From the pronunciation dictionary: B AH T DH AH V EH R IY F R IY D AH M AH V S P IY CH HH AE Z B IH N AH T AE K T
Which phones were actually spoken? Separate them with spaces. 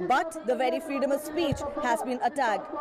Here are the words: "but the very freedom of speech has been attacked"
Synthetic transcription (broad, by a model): B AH T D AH V EH R IY F R IY D AH M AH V S P IY CH HH AE Z B IH N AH T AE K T